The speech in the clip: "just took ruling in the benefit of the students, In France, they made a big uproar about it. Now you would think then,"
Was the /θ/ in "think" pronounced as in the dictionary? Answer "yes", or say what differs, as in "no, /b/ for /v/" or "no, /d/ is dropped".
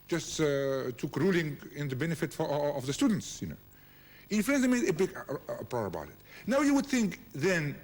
yes